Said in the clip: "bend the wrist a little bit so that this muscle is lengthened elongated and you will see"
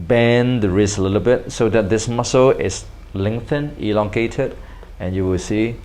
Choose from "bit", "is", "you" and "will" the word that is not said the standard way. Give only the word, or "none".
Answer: is